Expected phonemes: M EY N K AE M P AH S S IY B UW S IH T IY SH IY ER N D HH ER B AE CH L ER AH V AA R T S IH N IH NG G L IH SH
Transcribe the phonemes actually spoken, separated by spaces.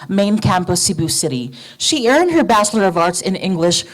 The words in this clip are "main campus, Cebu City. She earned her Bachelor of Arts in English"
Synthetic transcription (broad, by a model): M EY N K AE M P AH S S IY B UW S IH T IY SH IY ER N D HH ER B AE CH L ER AH V AA R T S IH N IH NG G L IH SH